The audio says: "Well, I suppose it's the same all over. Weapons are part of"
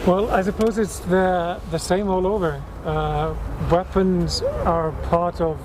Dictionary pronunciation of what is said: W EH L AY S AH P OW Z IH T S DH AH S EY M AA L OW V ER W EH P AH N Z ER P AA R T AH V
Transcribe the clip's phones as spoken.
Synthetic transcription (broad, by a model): W EH L AY S AH P OW Z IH T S DH AH S EY M AA L OW V ER W EH P AH N Z ER P AA R T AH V